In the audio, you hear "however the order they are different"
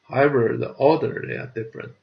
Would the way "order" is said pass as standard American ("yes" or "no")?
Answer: no